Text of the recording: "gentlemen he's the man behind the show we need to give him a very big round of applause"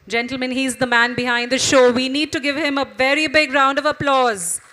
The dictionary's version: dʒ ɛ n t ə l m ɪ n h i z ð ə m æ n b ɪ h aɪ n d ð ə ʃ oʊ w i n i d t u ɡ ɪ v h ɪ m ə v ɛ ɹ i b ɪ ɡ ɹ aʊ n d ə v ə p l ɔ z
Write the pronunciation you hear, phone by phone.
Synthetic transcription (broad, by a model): dʒ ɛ n t l m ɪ n h i z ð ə m æ n b ɪ h aɪ n d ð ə ʃ oʊ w i n i d t u ɡ ɪ v h ɪ m ə v ɛ ɹ i b ɪ ɡ ɹ aʊ n d ə v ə p l ɔ z